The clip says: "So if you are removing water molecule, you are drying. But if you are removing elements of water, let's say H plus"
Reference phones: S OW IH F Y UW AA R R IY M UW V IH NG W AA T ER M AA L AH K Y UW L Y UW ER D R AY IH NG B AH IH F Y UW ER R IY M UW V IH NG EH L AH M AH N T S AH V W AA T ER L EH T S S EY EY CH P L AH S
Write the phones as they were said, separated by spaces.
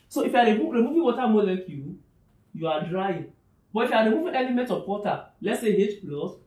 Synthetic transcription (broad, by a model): S OW IH F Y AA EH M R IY M UW V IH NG W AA T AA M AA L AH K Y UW Y UW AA D R AY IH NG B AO IH F Y UW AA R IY M UW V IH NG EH L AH M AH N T AH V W AA T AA L EH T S S EY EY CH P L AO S